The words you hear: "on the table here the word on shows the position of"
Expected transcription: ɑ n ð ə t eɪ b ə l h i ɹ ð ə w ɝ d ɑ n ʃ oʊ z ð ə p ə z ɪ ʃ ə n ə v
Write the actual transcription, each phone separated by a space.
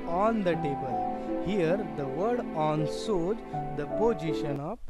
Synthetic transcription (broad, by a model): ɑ n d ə t eɪ b ə l h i ɹ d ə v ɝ d ɑ n s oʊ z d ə p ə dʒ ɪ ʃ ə n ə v